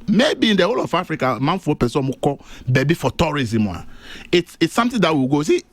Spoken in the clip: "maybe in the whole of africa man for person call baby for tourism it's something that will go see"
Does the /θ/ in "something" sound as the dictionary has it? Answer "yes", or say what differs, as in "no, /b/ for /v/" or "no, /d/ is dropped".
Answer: no, /t/ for /θ/